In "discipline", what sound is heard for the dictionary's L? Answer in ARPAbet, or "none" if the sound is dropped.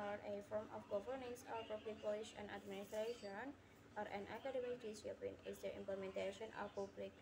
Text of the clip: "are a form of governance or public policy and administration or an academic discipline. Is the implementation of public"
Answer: none